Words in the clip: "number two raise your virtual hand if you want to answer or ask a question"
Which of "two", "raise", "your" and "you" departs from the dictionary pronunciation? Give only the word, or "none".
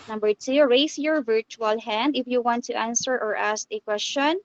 raise